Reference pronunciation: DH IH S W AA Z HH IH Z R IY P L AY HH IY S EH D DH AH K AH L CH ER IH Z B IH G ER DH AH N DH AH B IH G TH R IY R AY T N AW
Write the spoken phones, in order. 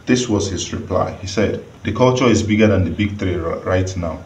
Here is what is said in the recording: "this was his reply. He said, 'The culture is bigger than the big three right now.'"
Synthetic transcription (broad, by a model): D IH S W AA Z HH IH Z R IY P L AY HH IY S EH D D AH K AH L CH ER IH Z B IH G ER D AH N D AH B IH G T R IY R AY T N AW